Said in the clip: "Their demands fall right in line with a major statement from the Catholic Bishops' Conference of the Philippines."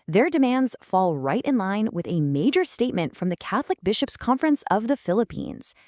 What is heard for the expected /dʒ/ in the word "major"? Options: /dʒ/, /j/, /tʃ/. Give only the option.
/dʒ/